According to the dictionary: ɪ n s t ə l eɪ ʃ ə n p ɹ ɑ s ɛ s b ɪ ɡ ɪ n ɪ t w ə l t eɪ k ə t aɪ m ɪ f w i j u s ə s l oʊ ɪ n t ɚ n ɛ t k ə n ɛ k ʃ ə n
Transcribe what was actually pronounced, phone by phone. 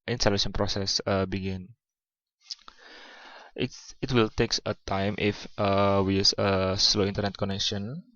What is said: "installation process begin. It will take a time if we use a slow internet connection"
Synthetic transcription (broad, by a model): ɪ n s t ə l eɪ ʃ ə n p ɹ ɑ s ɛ s b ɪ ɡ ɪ n ɪ t w ə l t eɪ k ə t aɪ m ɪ f w i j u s ə s l oʊ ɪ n t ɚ n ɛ t k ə n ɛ k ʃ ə n